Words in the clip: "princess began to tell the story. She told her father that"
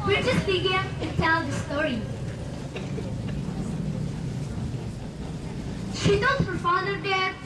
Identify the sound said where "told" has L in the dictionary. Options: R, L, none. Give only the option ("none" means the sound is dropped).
none